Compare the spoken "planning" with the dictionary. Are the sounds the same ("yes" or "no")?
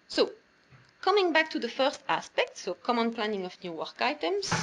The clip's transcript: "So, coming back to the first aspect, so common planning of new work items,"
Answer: yes